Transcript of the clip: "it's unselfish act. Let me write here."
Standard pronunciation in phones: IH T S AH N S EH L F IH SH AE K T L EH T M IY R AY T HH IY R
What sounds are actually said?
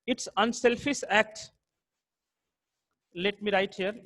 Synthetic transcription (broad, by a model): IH T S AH N S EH L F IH S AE K T L EH T M IY R AY T HH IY R